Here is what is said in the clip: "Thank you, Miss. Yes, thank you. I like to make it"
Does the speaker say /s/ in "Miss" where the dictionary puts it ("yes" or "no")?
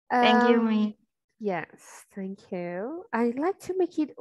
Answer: no